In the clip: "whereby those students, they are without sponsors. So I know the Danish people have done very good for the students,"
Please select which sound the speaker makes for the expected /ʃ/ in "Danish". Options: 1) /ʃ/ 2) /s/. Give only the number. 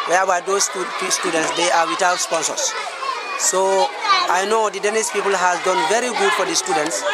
2